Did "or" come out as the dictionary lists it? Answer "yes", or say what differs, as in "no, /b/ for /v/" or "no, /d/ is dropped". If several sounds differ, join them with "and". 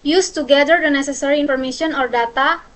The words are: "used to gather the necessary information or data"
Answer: yes